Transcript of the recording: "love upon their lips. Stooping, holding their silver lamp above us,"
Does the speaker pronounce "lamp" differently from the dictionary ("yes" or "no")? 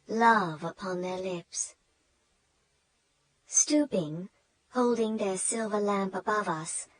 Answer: no